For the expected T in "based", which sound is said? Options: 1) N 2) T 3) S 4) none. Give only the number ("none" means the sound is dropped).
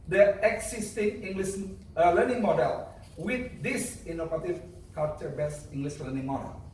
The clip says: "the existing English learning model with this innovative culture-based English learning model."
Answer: 4